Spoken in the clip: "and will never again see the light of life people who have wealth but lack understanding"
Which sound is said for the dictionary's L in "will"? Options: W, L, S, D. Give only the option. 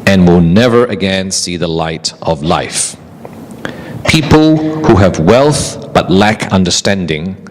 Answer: L